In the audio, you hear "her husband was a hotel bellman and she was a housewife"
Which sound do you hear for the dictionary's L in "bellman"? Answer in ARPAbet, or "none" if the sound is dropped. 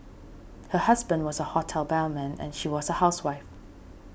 N